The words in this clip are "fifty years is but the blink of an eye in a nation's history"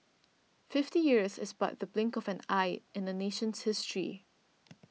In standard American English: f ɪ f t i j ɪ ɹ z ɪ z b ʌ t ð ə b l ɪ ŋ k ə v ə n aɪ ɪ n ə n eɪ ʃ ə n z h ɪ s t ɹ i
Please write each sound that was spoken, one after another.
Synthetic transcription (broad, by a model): f ɪ f t i j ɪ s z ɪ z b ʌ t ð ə b l ɪ ŋ k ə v ə n aɪ ɪ n ə n eɪ ʃ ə n s h ɪ s t ɹ i